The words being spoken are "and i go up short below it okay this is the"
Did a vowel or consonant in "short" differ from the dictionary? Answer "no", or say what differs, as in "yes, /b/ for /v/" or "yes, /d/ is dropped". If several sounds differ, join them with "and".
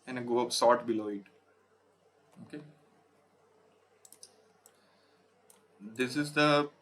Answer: yes, /s/ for /ʃ/